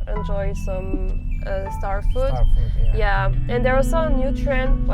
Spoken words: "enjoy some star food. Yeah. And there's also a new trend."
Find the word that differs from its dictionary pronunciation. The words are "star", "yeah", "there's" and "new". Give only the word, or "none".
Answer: there's